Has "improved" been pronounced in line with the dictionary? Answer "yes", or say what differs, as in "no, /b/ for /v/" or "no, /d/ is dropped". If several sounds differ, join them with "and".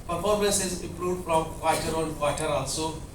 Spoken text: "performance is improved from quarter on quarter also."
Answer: no, /v/ is dropped